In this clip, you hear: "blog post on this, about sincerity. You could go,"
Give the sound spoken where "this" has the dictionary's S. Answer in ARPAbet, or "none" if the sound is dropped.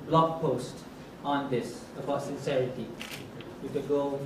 S